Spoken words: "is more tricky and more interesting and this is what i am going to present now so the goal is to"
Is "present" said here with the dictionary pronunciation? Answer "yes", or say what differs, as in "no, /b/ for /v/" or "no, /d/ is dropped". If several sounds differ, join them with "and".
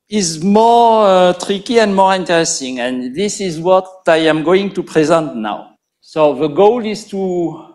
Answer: yes